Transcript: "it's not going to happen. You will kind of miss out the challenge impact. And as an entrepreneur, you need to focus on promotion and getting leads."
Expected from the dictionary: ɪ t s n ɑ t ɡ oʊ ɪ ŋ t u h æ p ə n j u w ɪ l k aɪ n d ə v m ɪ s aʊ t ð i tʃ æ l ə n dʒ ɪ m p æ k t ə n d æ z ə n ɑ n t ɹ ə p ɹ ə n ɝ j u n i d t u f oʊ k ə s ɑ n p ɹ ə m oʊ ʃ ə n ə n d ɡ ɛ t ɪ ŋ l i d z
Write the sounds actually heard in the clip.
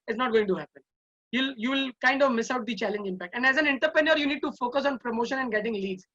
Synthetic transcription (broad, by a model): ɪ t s n ɑ t ɡ oʊ ɪ ŋ t u h æ p ə n j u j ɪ l k aɪ n d ə v m ɪ s aʊ t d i tʃ æ l ə n dʒ ɪ m p æ k t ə n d æ z ə n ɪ n t ə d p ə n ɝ j u n i d t u f oʊ k ə s ɑ n p ɹ ə m oʊ ʃ ə n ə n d ɡ ɛ t ɪ ŋ l i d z